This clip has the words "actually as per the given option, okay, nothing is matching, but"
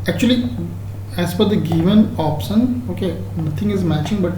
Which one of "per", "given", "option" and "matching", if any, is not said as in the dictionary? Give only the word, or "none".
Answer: per